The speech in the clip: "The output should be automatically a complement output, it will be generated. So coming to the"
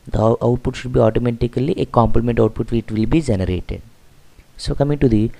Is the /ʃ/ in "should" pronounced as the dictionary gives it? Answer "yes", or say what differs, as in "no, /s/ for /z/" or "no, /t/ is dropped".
yes